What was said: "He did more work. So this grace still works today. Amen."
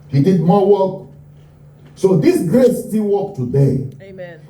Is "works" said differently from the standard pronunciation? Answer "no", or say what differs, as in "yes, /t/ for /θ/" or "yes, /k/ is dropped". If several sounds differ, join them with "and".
yes, /s/ is dropped